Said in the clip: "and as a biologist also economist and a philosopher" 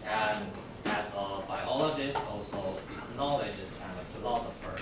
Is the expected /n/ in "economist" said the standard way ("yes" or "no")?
no